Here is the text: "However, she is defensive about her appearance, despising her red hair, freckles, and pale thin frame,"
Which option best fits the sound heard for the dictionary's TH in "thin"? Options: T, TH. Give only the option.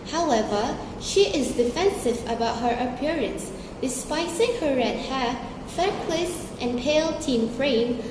T